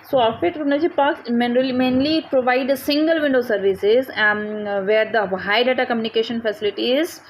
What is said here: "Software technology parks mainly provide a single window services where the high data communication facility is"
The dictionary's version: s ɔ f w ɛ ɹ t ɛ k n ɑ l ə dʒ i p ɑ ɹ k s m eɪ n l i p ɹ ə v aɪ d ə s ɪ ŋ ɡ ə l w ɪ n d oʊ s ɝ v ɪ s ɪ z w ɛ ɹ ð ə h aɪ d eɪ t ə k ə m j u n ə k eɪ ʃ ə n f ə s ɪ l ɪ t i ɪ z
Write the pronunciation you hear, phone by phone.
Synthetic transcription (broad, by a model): s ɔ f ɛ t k u n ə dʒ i p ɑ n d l m eɪ n l i p ɹ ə v aɪ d ə s ɪ ŋ ɡ ə l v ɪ n d oʊ s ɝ v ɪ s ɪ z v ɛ ɹ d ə h aɪ d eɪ t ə k ə m j u n ə k eɪ ʃ ə n f ə s ɪ l ɪ t i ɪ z